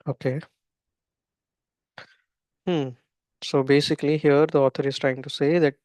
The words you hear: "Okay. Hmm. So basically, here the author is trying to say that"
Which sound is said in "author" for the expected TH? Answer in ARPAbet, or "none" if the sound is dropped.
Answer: T